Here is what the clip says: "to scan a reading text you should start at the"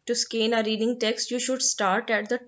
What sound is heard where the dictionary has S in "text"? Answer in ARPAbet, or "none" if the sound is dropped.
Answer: S